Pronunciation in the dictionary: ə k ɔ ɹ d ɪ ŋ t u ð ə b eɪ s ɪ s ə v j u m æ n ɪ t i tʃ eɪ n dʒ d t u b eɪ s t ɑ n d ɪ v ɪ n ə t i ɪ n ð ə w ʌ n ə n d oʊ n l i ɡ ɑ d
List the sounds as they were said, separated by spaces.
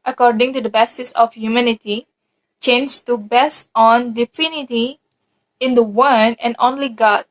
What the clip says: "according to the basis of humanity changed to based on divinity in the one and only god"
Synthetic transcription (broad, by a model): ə k ɔ ɹ d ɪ ŋ t u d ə b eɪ s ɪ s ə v j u m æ n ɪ t i tʃ eɪ n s t u b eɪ s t ɑ n d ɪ f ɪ n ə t i ɪ n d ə w ʌ n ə n oʊ n l i ɡ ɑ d